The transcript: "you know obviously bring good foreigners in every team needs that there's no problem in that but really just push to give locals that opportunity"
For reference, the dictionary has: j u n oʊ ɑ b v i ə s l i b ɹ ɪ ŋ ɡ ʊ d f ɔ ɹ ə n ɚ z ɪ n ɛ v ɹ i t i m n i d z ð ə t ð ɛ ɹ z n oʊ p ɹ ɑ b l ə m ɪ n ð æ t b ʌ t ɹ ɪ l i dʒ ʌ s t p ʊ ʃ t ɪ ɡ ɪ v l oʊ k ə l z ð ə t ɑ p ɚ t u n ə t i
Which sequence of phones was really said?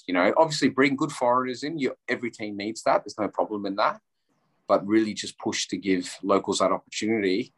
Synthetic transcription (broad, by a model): j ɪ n oʊ ɑ b v i ə s l i b ɹ ɪ ŋ ɡ ʊ d f ɔ ɹ ə n ɚ z ɪ n ɛ v ɹ i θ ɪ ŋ n i d z ð ə t ð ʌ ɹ z n oʊ p ɹ ɑ b l ə m ɪ n ð æ t b ʌ t ɹ ɪ l i dʒ ʌ s p ʊ ʃ t ɪ ɡ ɪ v l oʊ k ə l z ð ə t ɑ p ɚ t u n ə t i